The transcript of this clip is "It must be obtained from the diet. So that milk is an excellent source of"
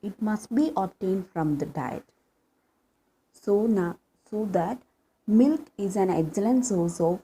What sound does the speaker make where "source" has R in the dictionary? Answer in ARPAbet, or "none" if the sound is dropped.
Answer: L